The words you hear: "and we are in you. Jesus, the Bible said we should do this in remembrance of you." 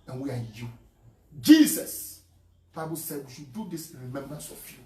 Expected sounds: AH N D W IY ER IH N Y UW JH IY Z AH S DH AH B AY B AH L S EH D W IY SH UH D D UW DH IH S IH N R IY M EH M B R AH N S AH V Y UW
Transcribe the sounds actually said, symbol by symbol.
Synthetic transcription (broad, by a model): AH N W IY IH Y UW JH IY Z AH S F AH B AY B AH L S EH D W IY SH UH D D UW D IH S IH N R IY M EH M B R AH N S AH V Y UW